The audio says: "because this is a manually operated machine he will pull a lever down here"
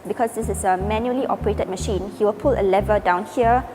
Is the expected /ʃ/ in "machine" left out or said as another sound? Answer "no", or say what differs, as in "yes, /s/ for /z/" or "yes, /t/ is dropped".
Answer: no